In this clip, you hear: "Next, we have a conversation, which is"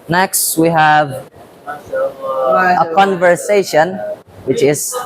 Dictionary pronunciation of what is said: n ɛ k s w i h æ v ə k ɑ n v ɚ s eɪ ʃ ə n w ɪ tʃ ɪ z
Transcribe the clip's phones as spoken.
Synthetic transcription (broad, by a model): n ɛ k s w i h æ v ə k ɑ n v ɚ s eɪ ʃ ə n w ɪ tʃ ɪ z